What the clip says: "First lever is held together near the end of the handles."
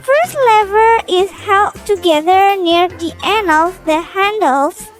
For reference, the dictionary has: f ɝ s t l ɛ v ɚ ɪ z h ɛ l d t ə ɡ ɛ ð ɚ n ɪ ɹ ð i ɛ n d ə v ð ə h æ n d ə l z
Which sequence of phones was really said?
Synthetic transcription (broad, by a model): f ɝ s t l ɛ v ɚ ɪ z h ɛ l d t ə ɡ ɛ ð ɚ n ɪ ɹ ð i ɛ n ə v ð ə h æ n d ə l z